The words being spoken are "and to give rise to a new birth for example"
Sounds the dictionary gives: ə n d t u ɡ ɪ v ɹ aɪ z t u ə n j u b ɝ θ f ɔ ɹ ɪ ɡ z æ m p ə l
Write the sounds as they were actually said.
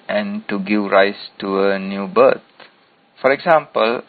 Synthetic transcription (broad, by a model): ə n t u ɡ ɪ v ɹ aɪ s t u ə n j u b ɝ t f ɔ ɹ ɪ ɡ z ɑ m p ə l